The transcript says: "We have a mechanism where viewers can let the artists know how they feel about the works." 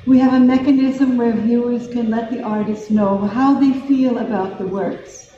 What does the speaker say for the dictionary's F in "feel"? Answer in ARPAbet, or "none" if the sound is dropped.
F